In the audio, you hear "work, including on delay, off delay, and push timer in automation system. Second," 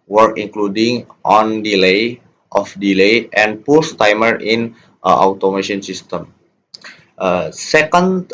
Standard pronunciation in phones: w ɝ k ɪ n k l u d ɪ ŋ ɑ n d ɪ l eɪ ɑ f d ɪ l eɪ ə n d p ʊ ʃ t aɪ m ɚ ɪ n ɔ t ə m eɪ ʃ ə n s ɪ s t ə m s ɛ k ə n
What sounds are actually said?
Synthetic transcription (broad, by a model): w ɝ k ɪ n k l u d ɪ ŋ ɑ n d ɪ l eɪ ɑ f d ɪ l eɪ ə n p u s t aɪ m ɚ ɪ n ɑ t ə m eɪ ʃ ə n s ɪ s t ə m s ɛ k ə n